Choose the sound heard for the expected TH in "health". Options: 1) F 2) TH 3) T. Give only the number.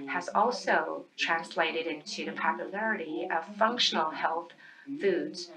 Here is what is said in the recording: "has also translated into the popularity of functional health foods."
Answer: 2